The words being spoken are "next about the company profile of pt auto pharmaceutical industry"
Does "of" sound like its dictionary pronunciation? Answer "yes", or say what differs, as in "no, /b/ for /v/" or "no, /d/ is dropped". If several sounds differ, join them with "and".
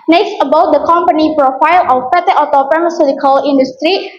no, /p/ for /v/